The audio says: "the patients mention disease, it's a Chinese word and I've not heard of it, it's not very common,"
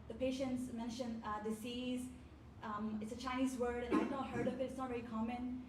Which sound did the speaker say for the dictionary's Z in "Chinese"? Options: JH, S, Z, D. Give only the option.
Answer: Z